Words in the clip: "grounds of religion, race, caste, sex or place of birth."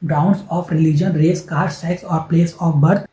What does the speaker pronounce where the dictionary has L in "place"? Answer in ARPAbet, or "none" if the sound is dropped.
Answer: L